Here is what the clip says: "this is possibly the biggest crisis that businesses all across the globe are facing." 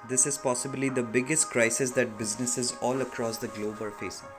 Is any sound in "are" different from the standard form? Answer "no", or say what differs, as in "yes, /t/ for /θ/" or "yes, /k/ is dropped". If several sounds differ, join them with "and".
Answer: yes, /l/ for /ɹ/